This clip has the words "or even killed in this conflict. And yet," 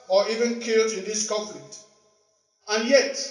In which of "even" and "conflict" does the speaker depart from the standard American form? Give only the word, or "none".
conflict